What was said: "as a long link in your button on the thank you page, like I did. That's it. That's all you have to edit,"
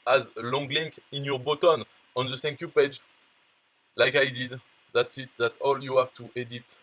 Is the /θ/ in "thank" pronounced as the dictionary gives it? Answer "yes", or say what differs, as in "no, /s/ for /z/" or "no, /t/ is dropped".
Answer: no, /s/ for /θ/